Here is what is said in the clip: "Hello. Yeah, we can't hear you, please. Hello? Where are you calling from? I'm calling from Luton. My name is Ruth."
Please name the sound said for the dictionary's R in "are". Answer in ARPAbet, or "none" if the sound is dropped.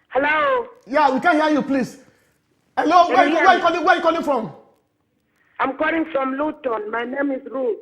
W